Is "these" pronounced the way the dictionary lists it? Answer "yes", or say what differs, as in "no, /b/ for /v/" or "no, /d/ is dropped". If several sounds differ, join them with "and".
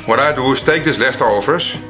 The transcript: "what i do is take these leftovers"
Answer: no, /s/ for /z/